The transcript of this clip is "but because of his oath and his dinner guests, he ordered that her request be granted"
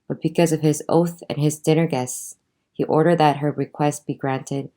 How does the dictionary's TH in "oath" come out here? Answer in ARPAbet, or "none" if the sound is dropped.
TH